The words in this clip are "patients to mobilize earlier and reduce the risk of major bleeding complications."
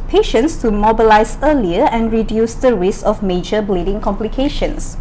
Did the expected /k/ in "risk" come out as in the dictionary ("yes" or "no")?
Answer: no